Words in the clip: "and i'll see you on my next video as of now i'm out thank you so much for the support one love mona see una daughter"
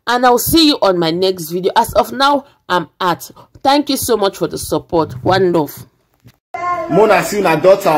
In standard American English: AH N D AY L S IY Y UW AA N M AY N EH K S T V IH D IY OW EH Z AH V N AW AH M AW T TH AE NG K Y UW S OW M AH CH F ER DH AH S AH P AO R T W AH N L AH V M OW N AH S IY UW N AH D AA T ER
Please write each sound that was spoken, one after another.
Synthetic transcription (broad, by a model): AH N AY W S IY Y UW AA N M AY N EH K S T V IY D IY OW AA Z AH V N AW AH M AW T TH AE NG K Y UW S OW M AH CH F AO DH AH S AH P AO T W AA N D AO F M OW N AH S IY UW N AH D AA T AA